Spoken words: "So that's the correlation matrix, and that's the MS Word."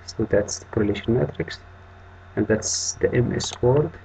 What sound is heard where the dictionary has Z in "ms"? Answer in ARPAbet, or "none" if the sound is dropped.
S